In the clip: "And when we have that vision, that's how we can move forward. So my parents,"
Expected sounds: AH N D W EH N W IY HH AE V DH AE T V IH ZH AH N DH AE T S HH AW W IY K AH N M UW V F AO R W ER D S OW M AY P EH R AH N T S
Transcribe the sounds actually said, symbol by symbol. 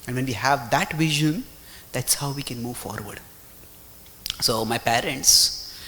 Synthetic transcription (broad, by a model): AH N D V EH N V IY HH AE V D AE T V IH ZH AH N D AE T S HH AW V IY K AH N M UW V F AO R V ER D S OW M AY P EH R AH N T S